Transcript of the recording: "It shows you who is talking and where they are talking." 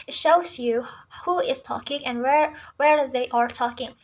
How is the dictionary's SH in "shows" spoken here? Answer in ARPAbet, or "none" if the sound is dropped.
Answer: SH